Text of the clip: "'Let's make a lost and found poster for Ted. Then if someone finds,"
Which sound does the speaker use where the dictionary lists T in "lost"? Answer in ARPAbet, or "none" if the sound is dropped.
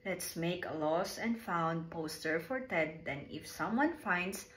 none